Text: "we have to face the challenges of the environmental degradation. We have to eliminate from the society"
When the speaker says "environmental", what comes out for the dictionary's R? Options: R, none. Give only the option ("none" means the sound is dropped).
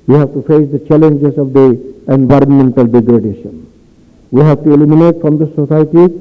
R